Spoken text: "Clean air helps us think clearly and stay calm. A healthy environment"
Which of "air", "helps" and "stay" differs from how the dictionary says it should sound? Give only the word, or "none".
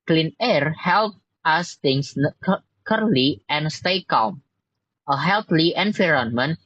helps